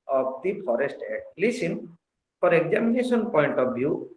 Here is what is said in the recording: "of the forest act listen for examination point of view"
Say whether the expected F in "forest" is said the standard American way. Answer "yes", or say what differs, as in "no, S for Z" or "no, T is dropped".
no, P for F